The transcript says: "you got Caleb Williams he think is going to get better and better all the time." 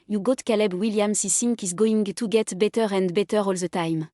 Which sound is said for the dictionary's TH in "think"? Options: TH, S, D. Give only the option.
S